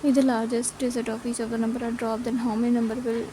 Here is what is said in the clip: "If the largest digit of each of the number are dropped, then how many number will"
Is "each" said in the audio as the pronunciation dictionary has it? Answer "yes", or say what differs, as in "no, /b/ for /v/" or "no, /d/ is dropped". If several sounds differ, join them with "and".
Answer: no, /s/ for /tʃ/